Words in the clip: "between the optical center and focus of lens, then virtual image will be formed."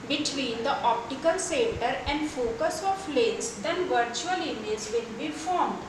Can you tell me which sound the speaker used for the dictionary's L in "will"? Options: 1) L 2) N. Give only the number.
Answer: 2